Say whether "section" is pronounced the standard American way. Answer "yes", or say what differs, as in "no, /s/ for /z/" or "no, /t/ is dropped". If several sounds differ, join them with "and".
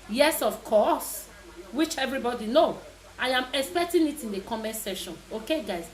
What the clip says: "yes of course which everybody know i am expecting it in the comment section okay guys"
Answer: no, /k/ is dropped